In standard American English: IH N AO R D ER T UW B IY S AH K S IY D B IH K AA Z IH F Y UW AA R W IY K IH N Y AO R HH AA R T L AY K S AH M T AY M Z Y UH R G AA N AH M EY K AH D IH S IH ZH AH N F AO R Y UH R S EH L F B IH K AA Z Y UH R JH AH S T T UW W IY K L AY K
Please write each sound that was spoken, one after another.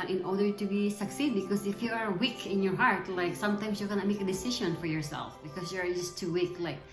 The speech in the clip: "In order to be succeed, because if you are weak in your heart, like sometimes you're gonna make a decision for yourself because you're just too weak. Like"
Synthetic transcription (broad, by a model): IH N AO R D ER T UW B IY S AH K S IY D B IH K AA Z IH F Y UW AA R W IY K IH N Y AO R HH AA R T L AY K S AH M T AY M S Y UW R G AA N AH M EY K AH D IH S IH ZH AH N F AO R Y UH R S EH L F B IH K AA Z Y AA R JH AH S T T UW W IY K L AY K